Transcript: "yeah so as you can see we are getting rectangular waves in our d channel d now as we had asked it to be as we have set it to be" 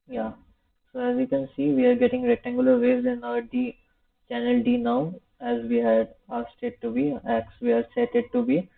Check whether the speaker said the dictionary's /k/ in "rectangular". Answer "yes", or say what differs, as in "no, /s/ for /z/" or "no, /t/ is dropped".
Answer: no, /k/ is dropped